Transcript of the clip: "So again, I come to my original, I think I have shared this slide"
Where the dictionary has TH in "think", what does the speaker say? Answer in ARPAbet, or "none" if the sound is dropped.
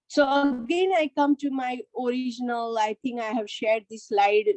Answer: T